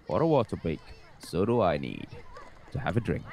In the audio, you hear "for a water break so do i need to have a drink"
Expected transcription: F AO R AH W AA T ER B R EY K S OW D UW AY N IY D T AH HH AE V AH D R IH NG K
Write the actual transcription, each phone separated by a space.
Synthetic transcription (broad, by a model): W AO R AH W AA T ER B EY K S OW D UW AY N IY D T AH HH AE V AH D R IH NG K